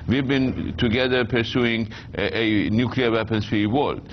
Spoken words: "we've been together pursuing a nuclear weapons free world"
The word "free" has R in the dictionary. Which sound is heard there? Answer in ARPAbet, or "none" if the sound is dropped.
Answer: none